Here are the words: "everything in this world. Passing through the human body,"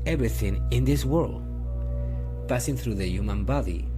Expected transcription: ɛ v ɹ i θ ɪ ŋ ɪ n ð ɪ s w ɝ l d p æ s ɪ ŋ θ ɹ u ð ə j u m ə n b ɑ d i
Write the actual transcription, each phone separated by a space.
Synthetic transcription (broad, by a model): ɛ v ɹ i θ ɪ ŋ ɪ n ð ɪ s w ɝ l d p æ s ɪ ŋ θ ɹ u ð ə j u m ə n b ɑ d i